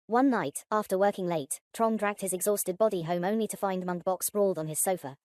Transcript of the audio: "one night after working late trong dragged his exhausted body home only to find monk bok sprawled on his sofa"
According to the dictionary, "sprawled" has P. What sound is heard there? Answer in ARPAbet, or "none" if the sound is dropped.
B